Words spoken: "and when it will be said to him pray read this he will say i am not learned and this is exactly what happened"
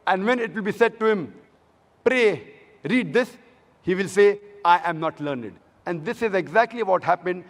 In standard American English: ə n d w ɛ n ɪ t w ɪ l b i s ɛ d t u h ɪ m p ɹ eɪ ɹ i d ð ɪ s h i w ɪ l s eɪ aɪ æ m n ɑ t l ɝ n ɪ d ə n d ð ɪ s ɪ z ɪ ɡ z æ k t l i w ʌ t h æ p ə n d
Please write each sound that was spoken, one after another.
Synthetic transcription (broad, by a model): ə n d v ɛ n ɪ t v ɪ l b i s ɛ d t u h ɪ m p ɹ eɪ ɹ i d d ɪ s h i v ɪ l s eɪ aɪ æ m n ɑ t l ɝ n ɪ d ə n d ɪ s ɪ z ɪ ɡ z æ k t l i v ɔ t h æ p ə n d